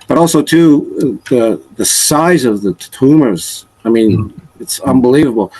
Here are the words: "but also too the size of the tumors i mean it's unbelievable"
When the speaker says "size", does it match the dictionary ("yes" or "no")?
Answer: yes